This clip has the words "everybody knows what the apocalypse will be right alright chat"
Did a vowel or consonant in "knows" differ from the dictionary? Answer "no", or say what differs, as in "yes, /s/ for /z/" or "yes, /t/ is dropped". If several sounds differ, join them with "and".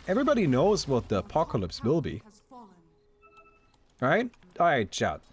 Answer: no